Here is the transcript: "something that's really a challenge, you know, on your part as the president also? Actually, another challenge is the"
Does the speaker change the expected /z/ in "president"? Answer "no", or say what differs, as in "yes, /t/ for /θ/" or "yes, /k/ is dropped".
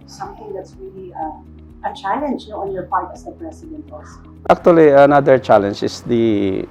yes, /s/ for /z/